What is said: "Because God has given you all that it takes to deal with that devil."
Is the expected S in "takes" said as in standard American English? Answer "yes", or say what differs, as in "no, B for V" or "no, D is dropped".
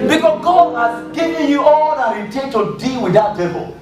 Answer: no, S is dropped